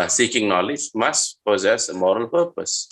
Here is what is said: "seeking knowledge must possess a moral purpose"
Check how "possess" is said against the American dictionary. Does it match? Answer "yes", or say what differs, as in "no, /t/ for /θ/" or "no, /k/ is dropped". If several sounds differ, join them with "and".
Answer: yes